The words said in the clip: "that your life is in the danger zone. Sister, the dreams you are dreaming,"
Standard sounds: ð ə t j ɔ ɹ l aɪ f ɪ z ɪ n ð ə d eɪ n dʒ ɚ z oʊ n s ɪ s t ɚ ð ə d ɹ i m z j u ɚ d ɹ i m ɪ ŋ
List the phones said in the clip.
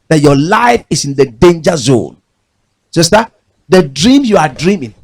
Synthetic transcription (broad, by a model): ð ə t j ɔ l aɪ f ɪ s ɪ n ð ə d eɪ n dʒ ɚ z oʊ n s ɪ s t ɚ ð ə d ɹ i m j u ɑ d ɹ i m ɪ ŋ